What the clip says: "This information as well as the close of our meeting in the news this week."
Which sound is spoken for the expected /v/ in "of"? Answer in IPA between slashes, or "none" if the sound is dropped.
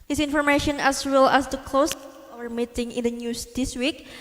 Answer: /w/